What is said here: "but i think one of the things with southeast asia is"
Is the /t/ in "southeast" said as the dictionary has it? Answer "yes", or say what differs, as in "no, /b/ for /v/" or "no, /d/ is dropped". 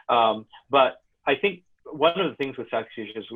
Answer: no, /t/ is dropped